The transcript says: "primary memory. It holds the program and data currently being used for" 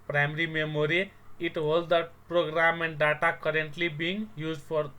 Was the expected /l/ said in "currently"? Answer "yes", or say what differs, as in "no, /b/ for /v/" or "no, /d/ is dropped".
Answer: yes